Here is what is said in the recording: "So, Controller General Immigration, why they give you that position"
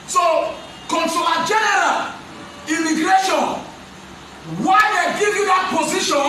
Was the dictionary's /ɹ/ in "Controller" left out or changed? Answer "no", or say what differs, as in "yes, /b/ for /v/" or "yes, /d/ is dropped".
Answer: yes, /ɹ/ is dropped